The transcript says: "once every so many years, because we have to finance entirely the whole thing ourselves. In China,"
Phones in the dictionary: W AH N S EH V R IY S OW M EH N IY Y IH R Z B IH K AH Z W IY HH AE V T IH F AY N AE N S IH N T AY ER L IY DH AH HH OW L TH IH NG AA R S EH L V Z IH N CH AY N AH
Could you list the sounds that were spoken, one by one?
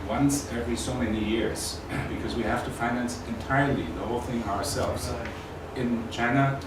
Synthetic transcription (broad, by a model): W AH N S EH V R IY S OW M EH N IY Y IH R Z B IH K AH Z W IY HH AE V T IH F AY N AE N S IH N T AY ER L IY DH AH HH OW L TH IH NG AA R S EH L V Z IH N CH AY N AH